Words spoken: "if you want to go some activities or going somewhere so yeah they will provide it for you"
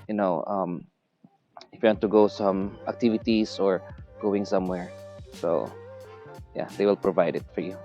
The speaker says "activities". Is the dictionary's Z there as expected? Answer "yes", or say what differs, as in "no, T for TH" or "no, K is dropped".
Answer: no, S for Z